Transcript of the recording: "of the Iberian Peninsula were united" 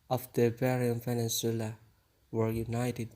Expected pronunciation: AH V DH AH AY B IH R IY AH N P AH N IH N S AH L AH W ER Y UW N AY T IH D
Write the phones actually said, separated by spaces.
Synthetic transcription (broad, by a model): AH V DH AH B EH R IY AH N F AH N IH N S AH L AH W ER Y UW N AY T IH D